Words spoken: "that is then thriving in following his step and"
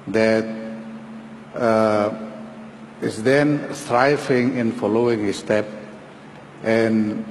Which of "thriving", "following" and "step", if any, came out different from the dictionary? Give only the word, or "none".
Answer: thriving